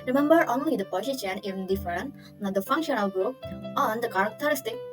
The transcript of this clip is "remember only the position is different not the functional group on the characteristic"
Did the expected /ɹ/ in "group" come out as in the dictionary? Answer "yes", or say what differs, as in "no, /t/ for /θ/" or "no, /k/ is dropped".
no, /ɹ/ is dropped